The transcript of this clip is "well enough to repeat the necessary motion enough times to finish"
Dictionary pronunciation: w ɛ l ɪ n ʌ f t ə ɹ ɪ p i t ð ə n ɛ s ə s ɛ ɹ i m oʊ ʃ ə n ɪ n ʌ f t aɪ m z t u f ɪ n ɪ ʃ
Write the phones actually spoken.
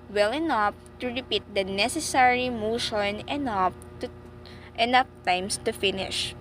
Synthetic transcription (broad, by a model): w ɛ l ɪ n ʌ f t ə ɹ ɪ p i t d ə n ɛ s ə s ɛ ɹ i m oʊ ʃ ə n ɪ n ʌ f t aɪ m s t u f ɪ n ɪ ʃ